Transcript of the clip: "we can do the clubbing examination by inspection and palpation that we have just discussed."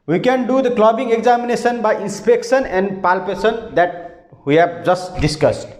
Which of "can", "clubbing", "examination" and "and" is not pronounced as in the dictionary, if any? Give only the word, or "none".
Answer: examination